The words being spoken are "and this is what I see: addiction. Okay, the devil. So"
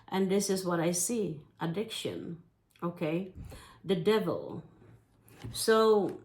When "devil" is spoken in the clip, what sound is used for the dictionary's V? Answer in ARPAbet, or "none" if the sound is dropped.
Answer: V